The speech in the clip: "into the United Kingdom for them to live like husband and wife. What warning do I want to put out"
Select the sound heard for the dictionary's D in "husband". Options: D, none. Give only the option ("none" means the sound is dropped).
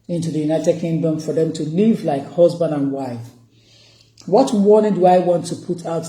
D